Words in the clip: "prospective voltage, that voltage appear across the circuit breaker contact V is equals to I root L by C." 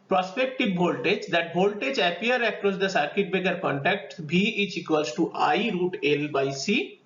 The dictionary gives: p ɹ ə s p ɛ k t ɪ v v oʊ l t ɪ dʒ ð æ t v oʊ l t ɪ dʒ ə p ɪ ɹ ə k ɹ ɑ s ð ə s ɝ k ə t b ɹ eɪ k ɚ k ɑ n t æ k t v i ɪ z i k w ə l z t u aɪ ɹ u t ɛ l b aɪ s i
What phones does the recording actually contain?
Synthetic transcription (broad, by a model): p ɹ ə s p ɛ k t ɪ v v oʊ l t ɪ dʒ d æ t b oʊ l t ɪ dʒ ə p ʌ ɹ ə k ɹ ɑ s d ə s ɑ k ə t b eɪ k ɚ k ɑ n t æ k t b i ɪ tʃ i k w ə l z t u aɪ ɹ u t ɛ l b aɪ s i